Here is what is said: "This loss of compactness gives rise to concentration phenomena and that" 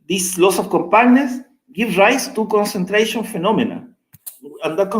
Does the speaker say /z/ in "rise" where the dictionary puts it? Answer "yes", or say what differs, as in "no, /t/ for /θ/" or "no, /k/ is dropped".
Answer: no, /s/ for /z/